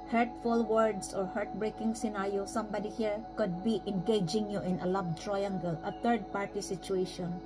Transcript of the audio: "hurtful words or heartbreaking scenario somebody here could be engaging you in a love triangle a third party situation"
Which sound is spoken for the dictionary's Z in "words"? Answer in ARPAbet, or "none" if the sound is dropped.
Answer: S